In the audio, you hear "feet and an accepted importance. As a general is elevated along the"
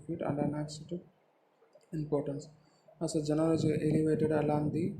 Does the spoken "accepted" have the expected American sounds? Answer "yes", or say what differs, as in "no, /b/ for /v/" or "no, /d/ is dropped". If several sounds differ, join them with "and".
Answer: no, /p/ is dropped and /d/ is dropped